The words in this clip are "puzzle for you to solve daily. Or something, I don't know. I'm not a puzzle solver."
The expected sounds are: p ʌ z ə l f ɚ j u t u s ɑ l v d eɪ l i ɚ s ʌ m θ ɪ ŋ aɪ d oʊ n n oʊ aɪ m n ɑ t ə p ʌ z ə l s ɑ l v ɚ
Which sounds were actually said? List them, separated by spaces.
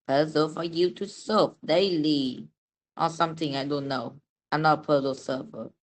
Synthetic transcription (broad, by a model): p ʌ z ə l f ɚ j u t u s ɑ v d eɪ l i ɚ s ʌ m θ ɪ ŋ aɪ d oʊ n n oʊ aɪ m n ɑ t ə p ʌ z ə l s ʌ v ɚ